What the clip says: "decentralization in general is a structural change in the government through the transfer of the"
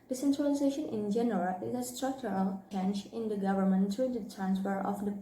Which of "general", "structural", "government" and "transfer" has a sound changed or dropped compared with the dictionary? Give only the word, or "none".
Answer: none